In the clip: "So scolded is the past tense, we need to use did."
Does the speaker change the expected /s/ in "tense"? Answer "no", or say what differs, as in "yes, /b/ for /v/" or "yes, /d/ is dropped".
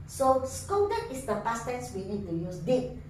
no